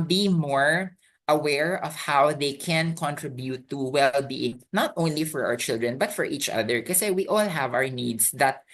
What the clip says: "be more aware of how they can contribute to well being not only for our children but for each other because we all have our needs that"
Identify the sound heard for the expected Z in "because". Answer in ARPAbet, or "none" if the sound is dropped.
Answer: none